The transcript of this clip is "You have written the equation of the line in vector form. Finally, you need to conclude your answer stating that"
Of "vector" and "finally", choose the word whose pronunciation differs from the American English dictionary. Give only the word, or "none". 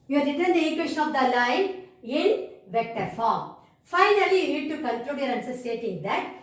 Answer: none